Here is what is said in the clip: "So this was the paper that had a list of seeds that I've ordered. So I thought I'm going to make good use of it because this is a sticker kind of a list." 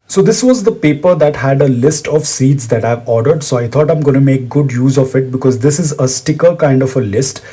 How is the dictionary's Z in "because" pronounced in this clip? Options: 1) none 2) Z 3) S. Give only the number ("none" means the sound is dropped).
2